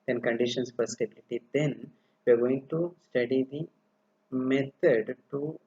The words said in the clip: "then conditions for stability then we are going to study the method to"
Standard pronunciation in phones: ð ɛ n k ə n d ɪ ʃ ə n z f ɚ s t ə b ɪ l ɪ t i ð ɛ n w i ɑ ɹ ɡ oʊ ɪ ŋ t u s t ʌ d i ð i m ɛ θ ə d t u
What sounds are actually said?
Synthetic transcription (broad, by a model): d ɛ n k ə n d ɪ ʃ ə n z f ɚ s t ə b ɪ l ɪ t i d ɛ n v i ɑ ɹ ɡ oʊ ɪ ŋ t u s t ʌ d i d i m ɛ t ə d t u